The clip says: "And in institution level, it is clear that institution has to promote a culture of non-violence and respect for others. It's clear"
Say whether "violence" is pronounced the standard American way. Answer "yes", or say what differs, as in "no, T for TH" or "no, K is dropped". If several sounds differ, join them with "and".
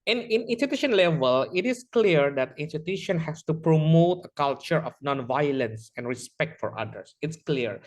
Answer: yes